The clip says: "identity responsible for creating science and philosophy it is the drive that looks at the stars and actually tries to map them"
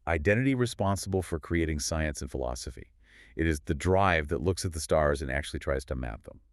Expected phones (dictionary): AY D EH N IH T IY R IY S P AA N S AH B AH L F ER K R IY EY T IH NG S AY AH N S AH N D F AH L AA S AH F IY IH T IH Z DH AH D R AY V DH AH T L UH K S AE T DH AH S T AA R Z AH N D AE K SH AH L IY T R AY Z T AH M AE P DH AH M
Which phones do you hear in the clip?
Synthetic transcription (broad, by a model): AY D EH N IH T IY R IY S P AA N S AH B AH L F ER K R IY EY T IH NG S AY AH N S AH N F AH L AA S AH F IY IH T IH Z DH AH D R AY V DH AH T L UH K S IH T DH AH S T AA R Z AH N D AE K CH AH L IY T R AY Z T AH M AE P DH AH M